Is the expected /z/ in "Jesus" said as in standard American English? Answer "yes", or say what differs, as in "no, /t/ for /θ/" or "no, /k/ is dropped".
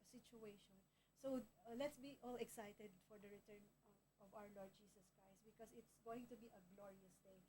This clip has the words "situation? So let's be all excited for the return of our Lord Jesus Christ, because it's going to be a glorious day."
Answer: no, /s/ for /z/